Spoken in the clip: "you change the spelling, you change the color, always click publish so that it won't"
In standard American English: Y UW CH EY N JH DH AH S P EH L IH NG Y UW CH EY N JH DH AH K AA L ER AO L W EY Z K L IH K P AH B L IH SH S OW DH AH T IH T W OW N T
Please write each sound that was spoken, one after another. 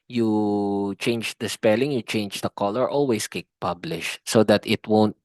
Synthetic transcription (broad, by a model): Y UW CH EY N JH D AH S P EH L IH NG Y UW CH EY N JH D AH K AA L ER AO L W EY S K IH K P AH B L IH SH S OW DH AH T IH T W OW N T